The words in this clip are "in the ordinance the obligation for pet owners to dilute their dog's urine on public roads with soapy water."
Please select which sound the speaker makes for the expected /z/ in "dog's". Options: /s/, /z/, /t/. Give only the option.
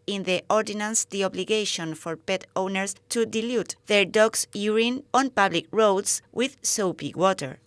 /s/